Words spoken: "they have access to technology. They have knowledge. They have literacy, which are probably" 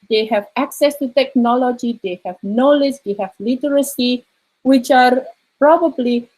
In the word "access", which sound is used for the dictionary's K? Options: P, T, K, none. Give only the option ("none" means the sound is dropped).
K